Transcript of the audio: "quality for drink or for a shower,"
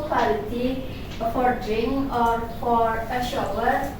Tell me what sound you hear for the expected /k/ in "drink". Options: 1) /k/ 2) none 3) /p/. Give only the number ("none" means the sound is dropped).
2